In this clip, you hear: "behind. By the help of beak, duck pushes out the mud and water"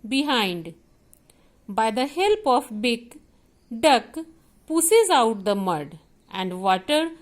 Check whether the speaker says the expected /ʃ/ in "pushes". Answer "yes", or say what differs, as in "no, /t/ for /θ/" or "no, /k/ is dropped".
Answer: no, /s/ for /ʃ/